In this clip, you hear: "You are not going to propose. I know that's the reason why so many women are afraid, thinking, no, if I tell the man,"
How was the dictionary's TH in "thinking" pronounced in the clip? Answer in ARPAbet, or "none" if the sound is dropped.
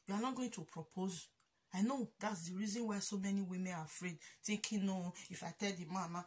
T